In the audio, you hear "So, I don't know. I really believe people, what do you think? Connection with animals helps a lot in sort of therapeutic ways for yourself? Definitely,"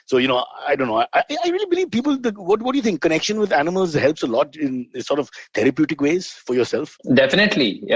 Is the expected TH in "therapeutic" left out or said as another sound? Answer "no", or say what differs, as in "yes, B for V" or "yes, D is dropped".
yes, T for TH